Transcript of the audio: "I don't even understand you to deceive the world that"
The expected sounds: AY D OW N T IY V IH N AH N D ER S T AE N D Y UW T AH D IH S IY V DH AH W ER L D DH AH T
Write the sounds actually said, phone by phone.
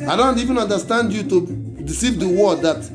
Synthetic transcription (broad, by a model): AY D OW N T IY V IH N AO N D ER S T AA N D Y UW T AH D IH S IY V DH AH W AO D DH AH T